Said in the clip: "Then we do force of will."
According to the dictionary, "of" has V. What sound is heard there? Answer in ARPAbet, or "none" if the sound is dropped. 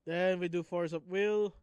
P